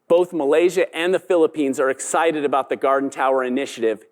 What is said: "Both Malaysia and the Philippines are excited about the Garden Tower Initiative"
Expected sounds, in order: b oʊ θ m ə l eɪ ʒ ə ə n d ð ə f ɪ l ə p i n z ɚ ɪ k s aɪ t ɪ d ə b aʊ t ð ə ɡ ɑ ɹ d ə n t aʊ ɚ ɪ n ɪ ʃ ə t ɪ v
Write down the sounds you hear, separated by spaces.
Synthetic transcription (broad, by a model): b oʊ θ m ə l eɪ ʒ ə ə n ð ə f ɪ l ə p i n z ɚ ɪ k s aɪ t ɪ d ə b aʊ t ð ə ɡ ɑ ɹ d n t aʊ ɚ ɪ n ɪ ʃ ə t ɪ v